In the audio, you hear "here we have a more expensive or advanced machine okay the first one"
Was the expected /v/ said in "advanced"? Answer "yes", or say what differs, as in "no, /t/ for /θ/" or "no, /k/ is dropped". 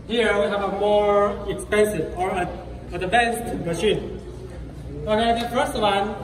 no, /b/ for /v/